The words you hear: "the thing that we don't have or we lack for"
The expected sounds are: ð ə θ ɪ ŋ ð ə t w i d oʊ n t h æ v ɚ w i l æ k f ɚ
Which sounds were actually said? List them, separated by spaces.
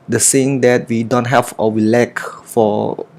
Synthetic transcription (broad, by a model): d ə s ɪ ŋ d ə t w i d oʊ n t h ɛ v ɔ w i l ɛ k f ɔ